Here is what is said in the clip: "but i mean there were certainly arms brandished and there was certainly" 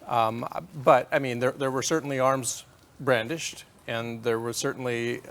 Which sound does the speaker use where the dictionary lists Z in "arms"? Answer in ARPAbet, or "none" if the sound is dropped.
Z